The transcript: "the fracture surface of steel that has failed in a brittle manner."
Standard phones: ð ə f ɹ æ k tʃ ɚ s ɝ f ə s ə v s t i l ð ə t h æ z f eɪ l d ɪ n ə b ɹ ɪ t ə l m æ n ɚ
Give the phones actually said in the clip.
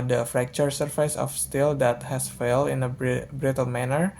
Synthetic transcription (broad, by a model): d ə f ɹ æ k tʃ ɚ s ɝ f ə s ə f s t i l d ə t h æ s f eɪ l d ɪ n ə b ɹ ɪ t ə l m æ n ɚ